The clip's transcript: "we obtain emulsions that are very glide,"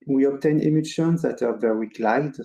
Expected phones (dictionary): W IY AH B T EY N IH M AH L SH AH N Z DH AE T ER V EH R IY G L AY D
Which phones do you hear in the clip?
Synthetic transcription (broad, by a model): W IY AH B T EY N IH M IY SH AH N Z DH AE T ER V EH W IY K L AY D